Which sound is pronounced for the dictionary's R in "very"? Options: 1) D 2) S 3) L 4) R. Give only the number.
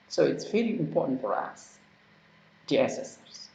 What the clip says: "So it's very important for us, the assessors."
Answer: 3